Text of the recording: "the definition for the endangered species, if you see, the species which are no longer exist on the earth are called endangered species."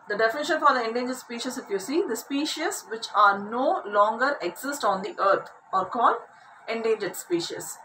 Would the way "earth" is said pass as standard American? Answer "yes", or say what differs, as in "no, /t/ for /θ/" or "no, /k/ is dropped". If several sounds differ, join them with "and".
no, /t/ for /θ/